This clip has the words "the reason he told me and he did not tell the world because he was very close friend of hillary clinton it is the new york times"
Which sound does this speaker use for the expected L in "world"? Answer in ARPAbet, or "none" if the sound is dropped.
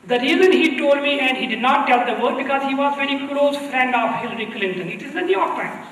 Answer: none